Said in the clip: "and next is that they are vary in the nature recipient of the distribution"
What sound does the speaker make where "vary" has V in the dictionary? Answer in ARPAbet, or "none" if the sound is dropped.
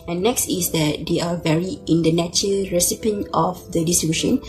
V